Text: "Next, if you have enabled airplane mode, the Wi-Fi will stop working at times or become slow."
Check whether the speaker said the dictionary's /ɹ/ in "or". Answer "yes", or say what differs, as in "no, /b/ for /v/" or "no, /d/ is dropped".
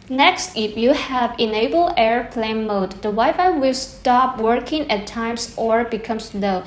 yes